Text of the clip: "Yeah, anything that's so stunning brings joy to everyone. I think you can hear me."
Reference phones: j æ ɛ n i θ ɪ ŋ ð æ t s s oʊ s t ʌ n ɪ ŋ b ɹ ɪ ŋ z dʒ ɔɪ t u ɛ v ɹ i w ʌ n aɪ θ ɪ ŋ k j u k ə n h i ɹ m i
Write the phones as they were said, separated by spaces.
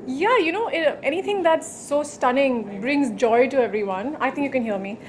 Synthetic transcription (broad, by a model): j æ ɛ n i t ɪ ŋ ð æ t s s oʊ s t ʌ n ɪ ŋ b ɹ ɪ ŋ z dʒ ɔɪ t u ɛ v ɹ i w ʌ n aɪ t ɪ ŋ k j u k ə n h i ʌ m i